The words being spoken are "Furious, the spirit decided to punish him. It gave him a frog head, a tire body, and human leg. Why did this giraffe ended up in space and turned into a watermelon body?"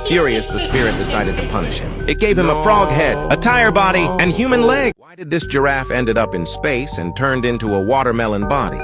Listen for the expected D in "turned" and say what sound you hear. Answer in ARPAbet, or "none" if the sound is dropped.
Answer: D